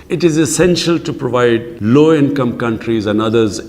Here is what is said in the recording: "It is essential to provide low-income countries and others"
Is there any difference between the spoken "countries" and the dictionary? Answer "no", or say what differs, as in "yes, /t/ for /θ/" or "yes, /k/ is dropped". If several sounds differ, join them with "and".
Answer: no